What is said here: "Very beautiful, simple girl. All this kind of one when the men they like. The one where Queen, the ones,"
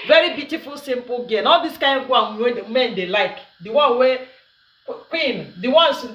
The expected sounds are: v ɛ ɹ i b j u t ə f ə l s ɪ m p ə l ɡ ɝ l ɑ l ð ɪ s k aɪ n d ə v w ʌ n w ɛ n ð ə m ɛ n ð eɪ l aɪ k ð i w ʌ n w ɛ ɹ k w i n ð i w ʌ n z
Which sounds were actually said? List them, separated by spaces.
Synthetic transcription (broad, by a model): v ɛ ɹ i b j u t ə f ə l s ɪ m p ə l ɡ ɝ n ɑ l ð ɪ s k aɪ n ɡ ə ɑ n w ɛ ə m ɛ n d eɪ l aɪ k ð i w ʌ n w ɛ k w i n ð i w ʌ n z